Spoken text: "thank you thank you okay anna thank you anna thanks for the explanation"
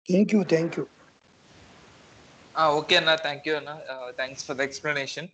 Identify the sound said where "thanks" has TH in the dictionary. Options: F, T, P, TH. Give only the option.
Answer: T